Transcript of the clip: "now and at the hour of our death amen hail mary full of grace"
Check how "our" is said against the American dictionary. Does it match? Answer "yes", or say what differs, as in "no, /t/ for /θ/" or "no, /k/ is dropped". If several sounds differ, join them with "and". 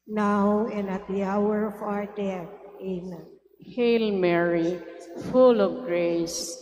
yes